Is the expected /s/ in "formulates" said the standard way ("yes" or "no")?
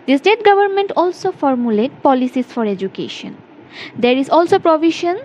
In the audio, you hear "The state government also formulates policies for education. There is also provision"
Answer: no